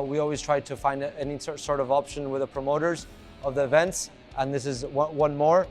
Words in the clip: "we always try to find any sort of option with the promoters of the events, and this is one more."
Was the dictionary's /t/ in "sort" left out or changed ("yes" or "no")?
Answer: no